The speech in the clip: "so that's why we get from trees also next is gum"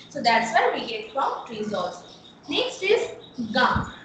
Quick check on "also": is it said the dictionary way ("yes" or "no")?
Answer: no